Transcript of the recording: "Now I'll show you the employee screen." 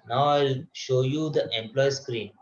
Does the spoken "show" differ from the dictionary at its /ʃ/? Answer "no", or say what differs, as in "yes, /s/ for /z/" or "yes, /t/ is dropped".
no